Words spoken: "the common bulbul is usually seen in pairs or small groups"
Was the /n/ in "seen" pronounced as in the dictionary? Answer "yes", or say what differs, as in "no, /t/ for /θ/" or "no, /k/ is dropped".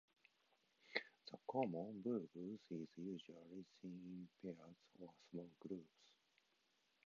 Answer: no, /n/ is dropped